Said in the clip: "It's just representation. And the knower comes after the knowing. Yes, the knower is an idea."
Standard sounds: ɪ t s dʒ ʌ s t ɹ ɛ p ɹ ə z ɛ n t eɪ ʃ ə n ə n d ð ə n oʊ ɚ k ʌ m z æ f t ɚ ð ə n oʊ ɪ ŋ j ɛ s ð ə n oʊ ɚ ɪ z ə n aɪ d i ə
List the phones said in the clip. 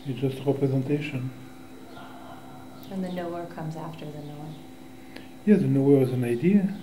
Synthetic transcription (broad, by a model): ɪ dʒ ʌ s t ɹ ɛ p ɹ ə z ɛ n t eɪ ʃ ə n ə n ð ə n oʊ ɚ k ʌ m z æ f t ɚ ð ə n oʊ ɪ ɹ j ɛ ð ə n oʊ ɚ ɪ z ə n aɪ d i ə